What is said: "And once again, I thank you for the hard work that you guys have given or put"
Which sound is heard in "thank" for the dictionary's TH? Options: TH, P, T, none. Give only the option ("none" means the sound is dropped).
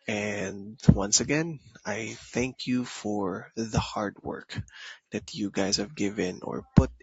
TH